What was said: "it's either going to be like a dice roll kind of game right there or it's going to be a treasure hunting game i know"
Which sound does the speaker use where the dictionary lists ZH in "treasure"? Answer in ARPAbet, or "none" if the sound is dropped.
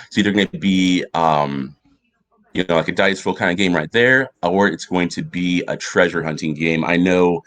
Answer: ZH